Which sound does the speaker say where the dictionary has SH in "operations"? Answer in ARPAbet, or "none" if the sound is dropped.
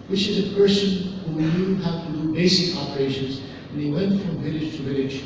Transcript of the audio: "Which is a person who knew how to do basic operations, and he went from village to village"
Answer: SH